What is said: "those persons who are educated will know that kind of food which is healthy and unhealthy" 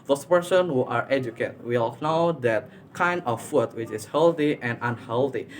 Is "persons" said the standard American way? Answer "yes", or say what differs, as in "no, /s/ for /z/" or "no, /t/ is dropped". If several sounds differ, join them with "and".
no, /z/ is dropped